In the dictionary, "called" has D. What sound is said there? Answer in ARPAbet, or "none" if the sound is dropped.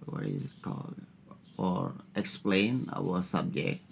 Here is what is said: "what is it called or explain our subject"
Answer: none